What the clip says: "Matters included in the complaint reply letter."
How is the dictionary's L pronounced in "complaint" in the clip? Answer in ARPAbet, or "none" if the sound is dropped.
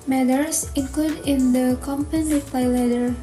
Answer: none